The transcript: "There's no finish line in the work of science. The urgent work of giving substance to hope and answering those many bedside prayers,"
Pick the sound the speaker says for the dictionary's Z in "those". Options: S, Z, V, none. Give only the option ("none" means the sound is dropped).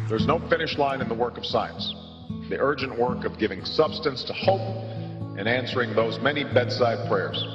Z